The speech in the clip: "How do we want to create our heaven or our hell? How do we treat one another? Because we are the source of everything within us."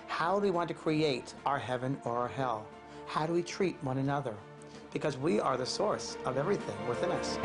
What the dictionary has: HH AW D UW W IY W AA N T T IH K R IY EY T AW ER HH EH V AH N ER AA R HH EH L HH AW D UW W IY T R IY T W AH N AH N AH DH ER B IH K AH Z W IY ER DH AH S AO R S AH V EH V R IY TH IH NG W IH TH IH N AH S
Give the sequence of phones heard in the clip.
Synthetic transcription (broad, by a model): HH AW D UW W IY W AA N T T IH K R IY EY T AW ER HH EH V AH N ER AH R HH EH L HH AW D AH W IY T R IY T W AH N AH N AH DH ER B IH K AH Z W IY ER DH AH S AO R S AH V EH V R IY TH IH NG W IH TH IH N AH S